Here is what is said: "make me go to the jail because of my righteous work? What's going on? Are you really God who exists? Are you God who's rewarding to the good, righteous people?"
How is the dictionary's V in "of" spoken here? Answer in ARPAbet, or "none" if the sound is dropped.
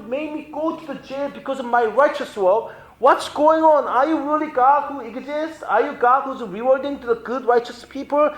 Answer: V